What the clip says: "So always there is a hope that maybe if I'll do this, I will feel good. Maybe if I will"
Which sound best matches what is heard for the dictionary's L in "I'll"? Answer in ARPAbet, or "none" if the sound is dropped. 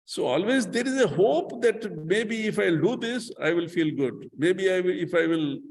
L